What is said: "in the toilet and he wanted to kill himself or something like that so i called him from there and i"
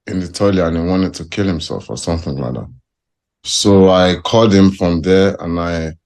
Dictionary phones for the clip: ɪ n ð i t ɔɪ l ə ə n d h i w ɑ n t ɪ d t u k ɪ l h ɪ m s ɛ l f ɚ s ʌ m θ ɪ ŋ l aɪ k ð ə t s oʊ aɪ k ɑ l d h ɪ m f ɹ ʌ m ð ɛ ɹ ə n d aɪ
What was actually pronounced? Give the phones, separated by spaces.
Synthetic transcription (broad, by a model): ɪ n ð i t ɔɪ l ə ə n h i w ɑ n t ɪ d t u k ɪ l h ɪ m s ɛ l f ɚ s ʌ m θ ɪ ŋ l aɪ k ð ə t s oʊ aɪ k ɑ l d h ɪ m f ɹ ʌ m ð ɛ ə n aɪ